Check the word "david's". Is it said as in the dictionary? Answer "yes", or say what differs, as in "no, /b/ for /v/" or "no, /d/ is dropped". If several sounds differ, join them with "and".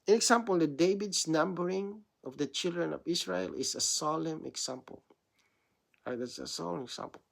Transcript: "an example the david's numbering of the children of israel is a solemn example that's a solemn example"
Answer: no, /s/ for /z/